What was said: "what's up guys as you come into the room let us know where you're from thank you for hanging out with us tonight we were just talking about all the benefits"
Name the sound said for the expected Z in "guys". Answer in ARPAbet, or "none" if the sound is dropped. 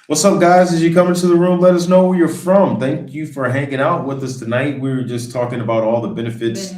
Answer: Z